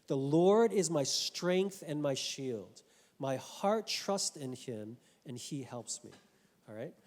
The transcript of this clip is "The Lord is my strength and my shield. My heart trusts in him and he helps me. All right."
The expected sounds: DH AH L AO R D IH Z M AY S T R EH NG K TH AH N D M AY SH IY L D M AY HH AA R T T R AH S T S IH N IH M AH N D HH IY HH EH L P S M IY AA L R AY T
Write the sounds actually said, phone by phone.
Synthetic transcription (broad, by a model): DH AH L AO R D IH Z M AY S T R EH NG K TH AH N M AY SH IY L D M AY HH AA R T T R AH S T IH N IH M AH N IY HH EH L P S M IY AA L R AY T